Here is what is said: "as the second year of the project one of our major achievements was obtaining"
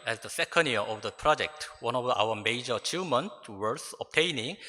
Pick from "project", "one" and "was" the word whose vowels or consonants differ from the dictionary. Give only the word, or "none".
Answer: was